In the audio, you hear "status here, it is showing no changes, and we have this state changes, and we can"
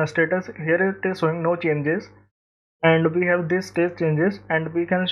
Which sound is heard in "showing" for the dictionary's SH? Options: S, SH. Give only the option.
S